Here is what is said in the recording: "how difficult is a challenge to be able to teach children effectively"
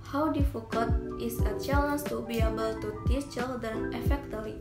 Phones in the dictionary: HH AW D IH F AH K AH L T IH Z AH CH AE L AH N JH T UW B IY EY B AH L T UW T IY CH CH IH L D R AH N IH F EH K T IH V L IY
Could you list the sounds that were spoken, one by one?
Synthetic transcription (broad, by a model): HH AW D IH F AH K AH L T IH S AH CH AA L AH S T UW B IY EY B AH L T UW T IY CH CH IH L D AH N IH F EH K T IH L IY